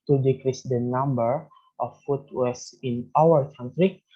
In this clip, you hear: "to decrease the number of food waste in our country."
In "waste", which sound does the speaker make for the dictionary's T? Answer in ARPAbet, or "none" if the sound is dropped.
none